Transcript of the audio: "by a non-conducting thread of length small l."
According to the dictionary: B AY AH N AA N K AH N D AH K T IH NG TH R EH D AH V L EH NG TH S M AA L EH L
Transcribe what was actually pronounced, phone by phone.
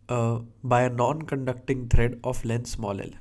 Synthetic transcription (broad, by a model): B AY AH N AA N K AH N D AH K T IH NG T R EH D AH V L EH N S M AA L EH L